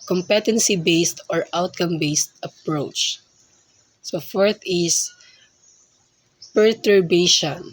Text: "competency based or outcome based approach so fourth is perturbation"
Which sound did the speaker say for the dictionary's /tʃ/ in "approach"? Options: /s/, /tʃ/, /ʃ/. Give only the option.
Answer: /tʃ/